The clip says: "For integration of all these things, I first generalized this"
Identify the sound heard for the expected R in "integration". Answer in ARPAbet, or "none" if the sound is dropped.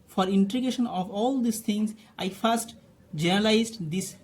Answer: none